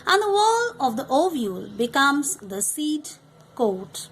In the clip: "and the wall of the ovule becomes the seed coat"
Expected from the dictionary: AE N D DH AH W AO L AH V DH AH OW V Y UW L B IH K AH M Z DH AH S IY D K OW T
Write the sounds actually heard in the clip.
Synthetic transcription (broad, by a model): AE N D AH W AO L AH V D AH OW V Y UW L B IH K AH M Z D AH S IY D K OW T